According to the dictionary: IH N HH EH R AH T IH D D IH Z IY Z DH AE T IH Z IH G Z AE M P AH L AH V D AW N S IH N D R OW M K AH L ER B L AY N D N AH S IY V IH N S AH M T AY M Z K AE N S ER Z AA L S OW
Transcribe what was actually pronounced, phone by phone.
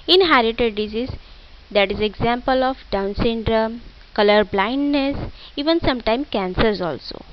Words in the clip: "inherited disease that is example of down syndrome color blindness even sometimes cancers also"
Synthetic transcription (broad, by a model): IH N HH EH R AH T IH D D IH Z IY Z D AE T IH Z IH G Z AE M P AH L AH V D AW N S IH N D R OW M K AH L ER B L AY N D N AH S IY V IH N S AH M T AY M K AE N S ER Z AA L S OW